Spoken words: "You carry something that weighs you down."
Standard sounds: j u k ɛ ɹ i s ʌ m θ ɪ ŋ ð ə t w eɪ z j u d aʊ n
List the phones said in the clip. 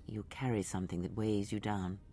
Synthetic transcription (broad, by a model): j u k ɛ ɹ i s ʌ m θ ɪ ŋ ð ə t w eɪ z j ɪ d aʊ n